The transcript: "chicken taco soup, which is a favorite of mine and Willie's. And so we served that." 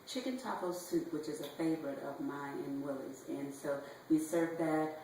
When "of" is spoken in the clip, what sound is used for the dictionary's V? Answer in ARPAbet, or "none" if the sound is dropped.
V